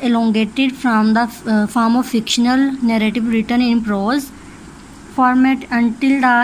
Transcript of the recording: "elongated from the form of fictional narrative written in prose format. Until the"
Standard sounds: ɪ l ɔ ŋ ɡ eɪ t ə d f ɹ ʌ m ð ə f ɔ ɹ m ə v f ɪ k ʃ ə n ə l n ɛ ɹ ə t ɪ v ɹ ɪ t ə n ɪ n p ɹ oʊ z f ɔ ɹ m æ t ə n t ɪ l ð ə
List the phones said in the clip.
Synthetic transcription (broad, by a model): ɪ l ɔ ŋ ɡ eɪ t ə d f ɹ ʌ m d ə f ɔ ɹ m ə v f ɪ k ʃ ə n ə l n ɛ ɹ ə t ɪ v ɹ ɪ t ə n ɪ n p ɹ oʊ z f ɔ ɹ m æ t ə n t ɪ l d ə